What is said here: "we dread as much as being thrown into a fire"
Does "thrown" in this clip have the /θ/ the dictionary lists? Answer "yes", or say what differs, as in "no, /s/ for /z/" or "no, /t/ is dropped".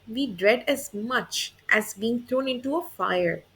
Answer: no, /t/ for /θ/